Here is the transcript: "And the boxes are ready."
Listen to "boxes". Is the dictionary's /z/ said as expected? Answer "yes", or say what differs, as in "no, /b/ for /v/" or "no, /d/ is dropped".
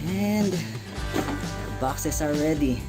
no, /s/ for /z/